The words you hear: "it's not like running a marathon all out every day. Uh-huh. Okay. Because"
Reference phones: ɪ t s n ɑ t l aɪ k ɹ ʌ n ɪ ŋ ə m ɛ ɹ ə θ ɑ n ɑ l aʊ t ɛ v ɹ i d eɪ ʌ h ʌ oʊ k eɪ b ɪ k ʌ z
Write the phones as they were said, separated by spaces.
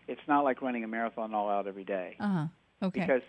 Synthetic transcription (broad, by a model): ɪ t s n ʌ t l aɪ k ɹ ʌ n ɪ ŋ ə m ɛ ɹ ə θ ɑ n ɑ l aʊ t ɛ v ɹ i d eɪ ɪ h ʌ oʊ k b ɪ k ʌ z